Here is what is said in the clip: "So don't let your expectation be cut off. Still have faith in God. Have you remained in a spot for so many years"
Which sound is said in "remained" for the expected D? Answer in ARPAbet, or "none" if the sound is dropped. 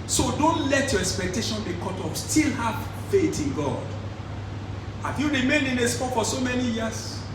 none